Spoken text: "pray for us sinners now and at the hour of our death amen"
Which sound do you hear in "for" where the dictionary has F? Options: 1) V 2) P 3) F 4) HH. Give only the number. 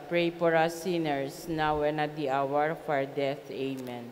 2